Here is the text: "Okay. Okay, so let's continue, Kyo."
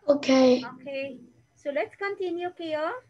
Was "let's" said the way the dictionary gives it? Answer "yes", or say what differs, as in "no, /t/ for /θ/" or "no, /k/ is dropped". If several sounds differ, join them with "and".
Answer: no, /s/ is dropped